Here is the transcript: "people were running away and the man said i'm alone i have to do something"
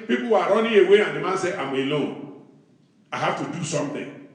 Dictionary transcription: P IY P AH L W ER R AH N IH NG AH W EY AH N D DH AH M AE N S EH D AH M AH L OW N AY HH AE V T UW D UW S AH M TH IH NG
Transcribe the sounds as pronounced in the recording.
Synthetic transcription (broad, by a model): P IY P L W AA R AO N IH AH W EY AH N D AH M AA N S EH AH M AH L OW N AY HH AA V T UW D UW S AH M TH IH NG